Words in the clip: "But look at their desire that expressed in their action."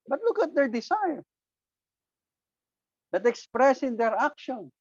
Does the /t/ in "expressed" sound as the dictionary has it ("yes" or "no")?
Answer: no